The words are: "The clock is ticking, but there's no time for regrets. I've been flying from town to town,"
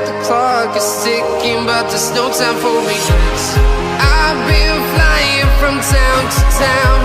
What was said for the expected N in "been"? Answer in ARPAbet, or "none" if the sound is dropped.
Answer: L